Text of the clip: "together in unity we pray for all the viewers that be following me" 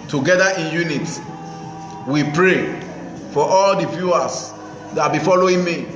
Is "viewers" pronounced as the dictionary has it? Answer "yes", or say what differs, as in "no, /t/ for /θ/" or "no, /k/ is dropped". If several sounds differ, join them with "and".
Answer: no, /f/ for /v/